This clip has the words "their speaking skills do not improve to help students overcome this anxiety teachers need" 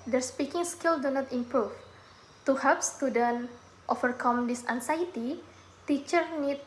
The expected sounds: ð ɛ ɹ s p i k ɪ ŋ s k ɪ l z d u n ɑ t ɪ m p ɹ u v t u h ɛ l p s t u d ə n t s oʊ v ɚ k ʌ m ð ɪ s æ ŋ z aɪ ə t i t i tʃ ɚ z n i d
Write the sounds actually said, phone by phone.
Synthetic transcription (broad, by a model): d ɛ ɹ s p i k ɪ ŋ s k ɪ l d u n ɑ t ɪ m p ɹ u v t u h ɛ p s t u d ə n t oʊ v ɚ k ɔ m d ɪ s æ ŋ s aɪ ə t i t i tʃ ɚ n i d